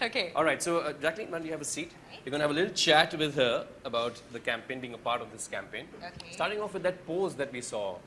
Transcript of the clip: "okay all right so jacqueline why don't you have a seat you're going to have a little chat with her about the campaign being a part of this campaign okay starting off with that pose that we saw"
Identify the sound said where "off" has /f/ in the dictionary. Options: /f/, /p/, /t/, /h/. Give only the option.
/f/